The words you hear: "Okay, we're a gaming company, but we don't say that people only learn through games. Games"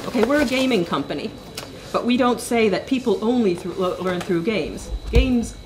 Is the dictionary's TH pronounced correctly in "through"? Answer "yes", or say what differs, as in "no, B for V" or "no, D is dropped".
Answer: yes